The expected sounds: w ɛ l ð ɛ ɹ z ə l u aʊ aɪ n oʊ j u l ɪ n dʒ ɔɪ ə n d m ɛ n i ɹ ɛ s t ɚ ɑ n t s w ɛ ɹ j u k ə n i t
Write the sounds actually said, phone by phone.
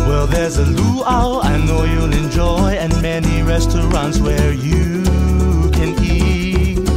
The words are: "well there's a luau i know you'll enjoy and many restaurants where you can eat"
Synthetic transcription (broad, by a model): w ɛ l ð ɛ ɹ z ə l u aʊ aɪ n oʊ j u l ɪ n dʒ ɔɪ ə n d m ɛ n i ɹ ɛ s t ɚ ɑ n t s w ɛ ɹ j u k ə n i